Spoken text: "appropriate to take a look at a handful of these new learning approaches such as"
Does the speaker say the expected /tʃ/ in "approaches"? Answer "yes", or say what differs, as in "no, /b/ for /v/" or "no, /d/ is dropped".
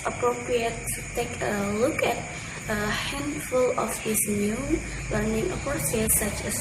no, /s/ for /tʃ/